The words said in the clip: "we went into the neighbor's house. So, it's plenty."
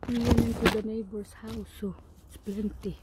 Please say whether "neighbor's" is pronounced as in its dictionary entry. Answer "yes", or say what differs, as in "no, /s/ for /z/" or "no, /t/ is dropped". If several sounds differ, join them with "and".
no, /s/ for /z/